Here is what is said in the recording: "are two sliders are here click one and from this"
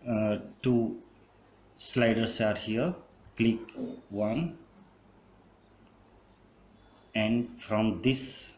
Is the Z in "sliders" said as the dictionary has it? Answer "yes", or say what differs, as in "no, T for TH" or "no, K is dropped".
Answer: no, S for Z